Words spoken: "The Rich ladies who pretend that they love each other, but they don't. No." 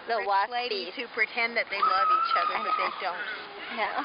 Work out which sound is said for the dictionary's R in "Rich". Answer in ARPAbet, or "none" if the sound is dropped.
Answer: W